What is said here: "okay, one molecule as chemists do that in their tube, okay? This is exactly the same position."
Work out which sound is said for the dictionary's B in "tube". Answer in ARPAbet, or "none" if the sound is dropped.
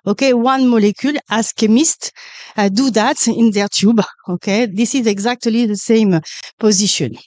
B